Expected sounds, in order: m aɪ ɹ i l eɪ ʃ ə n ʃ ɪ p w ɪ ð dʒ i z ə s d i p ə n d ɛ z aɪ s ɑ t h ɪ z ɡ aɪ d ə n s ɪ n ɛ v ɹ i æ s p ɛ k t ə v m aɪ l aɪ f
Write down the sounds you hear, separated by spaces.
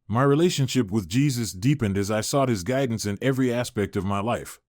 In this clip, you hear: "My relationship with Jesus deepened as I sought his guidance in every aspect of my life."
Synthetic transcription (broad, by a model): m aɪ ɹ i l eɪ ʃ ə n ʃ ɪ p w ɪ ð dʒ i z ə s d i p ə n d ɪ z aɪ s ɑ t h ɪ z ɡ aɪ d n s ɪ n ɛ v ɹ i æ s p ɛ k t ə v m aɪ l aɪ f